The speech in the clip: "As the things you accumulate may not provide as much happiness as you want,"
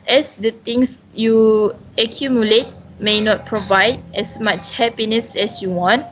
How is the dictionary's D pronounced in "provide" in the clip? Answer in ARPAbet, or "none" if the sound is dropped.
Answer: D